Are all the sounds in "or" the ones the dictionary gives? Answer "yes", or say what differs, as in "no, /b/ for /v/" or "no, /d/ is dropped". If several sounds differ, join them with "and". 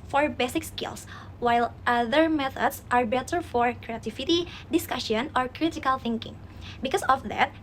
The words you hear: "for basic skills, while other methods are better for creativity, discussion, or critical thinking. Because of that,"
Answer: yes